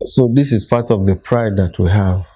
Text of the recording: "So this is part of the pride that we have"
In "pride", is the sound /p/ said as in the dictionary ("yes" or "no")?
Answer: yes